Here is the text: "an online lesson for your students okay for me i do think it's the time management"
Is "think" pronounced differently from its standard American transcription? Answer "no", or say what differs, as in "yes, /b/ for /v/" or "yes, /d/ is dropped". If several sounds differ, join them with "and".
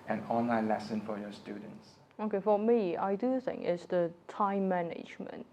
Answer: yes, /k/ is dropped